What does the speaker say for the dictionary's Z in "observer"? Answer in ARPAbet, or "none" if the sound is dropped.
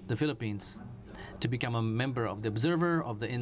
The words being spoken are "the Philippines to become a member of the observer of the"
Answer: Z